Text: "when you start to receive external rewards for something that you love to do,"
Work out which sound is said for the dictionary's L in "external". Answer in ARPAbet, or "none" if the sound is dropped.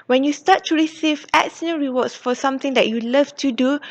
N